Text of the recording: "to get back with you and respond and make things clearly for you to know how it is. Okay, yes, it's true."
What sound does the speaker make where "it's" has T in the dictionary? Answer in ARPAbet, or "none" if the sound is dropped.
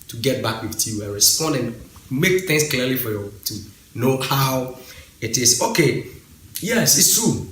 S